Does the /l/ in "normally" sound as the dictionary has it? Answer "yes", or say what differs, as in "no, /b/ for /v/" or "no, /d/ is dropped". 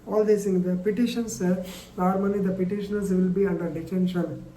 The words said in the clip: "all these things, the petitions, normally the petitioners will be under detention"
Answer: no, /n/ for /l/